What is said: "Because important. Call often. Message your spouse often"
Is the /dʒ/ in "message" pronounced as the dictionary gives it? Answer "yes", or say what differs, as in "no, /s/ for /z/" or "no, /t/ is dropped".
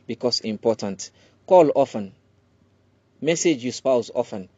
yes